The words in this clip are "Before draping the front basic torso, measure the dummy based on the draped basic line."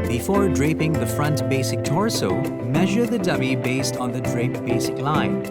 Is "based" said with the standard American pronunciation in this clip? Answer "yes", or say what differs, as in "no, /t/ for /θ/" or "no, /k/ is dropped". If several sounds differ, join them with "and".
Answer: yes